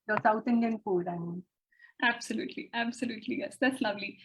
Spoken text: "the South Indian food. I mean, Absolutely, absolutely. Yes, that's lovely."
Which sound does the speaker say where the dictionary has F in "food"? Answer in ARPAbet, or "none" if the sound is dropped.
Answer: P